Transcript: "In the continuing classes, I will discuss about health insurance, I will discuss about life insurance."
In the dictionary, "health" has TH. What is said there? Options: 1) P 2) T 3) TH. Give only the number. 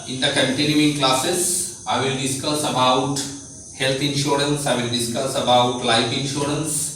2